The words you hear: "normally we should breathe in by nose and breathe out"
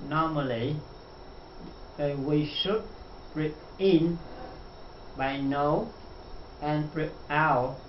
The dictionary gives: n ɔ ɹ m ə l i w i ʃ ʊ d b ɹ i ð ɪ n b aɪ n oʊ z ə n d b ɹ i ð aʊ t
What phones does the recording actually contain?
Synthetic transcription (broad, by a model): n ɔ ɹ m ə l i w i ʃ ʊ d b ɹ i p ɪ n b aɪ n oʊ ə n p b ɹ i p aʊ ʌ